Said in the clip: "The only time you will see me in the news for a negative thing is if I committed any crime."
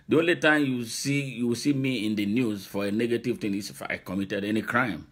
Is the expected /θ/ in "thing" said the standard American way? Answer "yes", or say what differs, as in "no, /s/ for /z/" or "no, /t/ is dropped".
no, /t/ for /θ/